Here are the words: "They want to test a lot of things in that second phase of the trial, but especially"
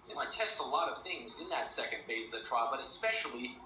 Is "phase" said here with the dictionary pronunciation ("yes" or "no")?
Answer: no